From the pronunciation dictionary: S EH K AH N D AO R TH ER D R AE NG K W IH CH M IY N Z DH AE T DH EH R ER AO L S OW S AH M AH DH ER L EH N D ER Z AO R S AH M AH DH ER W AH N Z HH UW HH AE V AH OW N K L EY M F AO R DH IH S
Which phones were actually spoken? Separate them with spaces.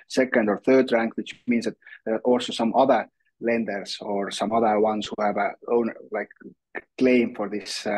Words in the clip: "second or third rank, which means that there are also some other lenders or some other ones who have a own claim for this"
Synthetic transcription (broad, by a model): S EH K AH N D AO R TH ER D R AE NG K W IH CH M IY N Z DH AE T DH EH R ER AO L S OW S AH M AH DH ER L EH N D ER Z AO R S AH M AH DH ER W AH N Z HH UW HH AE V AH OW N K L EY M F AO R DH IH S